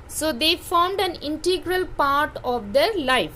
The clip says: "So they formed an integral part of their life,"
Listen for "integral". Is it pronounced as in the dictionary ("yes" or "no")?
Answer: yes